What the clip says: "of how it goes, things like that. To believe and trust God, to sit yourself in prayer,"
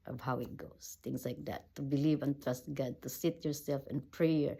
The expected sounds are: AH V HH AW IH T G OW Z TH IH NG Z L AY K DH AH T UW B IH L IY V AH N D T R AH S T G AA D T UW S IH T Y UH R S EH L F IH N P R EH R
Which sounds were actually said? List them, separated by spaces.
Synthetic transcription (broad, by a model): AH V HH AW IH T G OW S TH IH NG S L AY K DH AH T UW B IH L IY V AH N T R AH S T G AA D T UW S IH T Y UH R S EH L F IH N P R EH R